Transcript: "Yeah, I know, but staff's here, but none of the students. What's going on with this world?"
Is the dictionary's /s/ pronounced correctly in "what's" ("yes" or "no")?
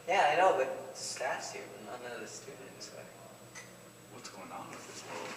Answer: yes